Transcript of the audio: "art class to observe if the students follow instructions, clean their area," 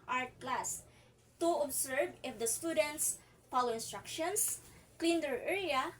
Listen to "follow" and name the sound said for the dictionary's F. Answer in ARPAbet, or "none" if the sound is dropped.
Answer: P